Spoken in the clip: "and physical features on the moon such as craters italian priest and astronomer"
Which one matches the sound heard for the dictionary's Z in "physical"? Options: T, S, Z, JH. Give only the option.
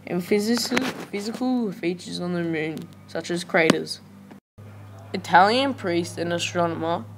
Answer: Z